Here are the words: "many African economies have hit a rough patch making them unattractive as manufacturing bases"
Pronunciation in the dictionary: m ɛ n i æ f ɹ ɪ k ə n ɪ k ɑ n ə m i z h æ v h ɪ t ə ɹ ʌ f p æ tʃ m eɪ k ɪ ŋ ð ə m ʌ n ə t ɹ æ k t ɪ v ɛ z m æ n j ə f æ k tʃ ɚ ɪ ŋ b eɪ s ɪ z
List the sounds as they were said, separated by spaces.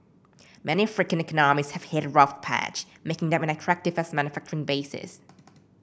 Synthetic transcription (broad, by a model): m ɛ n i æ f ɹ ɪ k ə n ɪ k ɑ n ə m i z h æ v h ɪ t ɹ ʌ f p æ tʃ m eɪ k ɪ ŋ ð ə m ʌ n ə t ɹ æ k t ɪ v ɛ s m æ n j ə f æ k tʃ ɚ ɪ ŋ b eɪ s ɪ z